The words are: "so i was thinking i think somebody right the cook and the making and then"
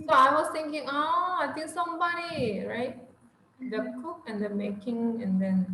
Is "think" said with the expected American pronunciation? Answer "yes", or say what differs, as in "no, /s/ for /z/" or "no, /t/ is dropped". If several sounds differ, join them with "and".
no, /t/ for /θ/